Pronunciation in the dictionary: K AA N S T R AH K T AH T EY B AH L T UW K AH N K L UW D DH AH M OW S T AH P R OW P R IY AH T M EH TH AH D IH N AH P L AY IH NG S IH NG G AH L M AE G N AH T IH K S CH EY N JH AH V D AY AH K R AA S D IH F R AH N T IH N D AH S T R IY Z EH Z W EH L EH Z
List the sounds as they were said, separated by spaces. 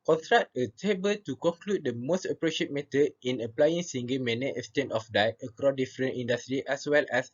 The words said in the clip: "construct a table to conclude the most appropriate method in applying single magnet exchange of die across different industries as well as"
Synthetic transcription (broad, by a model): K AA N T R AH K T AH T EY B AH L T UW K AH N K L UW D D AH M OW S T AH P R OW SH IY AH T M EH T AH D IH N AH P L AY IH NG S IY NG G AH M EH N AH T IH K S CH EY N AH F D AY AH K R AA D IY F R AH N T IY N D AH S T R IY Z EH S W EH L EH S